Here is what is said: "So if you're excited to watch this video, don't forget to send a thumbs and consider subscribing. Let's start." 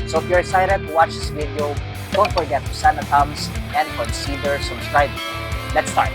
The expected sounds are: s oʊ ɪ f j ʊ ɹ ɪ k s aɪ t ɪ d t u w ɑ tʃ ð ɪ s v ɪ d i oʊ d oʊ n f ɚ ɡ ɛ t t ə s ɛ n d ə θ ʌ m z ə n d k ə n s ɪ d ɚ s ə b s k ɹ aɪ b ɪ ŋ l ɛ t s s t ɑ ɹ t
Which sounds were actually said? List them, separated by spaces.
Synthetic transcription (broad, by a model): s oʊ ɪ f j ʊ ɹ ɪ s aɪ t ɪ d t u w ɑ tʃ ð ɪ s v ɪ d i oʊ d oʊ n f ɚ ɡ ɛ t t ə s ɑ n ə t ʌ m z ə n d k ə n s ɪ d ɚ s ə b s k ɹ aɪ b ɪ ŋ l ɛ t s s t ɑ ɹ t